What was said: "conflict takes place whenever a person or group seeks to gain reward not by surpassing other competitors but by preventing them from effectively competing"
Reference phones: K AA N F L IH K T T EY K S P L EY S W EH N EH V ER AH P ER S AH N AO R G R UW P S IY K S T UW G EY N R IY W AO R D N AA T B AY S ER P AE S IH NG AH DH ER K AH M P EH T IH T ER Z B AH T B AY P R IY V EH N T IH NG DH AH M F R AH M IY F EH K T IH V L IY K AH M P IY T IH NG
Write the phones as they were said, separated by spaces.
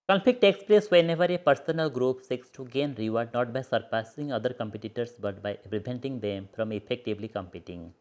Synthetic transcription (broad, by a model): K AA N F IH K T T EY K S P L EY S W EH N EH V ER AH P ER S AH N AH L G R UW P S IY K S T UW G EY N R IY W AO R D N AA T B AY S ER P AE S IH NG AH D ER K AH M P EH T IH T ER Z B AH T B AY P R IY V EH N T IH NG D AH M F R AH M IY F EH K T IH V L IY K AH M P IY T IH NG